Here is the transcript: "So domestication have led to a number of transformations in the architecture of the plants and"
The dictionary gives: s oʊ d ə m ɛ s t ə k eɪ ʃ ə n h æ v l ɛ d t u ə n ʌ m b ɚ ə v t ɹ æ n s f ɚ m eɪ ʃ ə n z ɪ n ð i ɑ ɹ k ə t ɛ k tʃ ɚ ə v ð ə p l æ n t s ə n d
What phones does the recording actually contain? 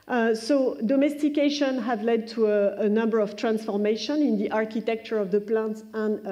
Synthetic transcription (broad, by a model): s oʊ d ə m ɛ s t ə k eɪ ʃ ə n h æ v l ɛ d t u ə n ʌ m b ɚ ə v t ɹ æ n s f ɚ m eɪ ʃ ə n ɪ n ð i ɑ ɹ k ə t ɛ k tʃ ɚ ə v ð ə p l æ n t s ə n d